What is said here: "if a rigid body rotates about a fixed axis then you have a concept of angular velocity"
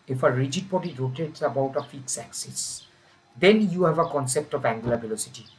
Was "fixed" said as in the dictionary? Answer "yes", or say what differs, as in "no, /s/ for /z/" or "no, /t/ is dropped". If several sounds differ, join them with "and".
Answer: no, /t/ is dropped